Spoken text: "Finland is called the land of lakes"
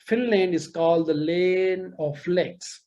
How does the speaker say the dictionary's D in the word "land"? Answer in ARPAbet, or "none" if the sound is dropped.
none